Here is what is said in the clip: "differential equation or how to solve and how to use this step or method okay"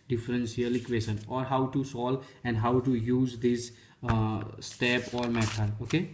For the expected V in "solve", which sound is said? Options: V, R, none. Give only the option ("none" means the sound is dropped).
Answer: none